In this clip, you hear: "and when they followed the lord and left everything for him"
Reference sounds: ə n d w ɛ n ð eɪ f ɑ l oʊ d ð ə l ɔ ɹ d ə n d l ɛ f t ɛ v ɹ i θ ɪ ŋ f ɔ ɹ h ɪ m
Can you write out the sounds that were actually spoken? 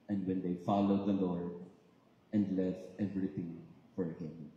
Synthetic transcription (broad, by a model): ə n d w ɛ n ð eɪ f ɑ l oʊ d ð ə l ɔ ɹ d ə n d l ɛ f t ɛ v ɹ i t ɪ ŋ f ɔ ɹ h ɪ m